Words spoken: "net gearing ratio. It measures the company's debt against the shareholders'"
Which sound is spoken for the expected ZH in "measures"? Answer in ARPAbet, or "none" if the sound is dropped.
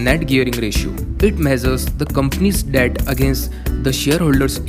Z